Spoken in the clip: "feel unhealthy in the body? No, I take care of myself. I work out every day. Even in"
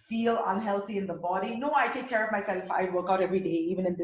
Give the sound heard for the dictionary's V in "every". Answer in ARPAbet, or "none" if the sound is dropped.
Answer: V